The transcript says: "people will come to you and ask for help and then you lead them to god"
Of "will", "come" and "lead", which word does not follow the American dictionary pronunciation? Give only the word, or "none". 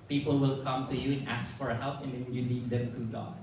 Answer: lead